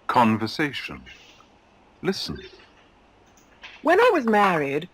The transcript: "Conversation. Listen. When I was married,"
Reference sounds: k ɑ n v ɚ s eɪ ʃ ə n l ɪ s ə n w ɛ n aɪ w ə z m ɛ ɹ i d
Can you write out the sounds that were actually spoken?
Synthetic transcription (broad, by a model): k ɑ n v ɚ s eɪ ʃ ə n l ɪ s ə n w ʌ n aɪ w ə z m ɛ ɹ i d